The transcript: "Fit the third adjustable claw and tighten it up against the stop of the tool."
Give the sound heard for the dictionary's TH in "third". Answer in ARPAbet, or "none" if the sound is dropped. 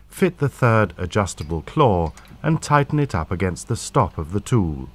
TH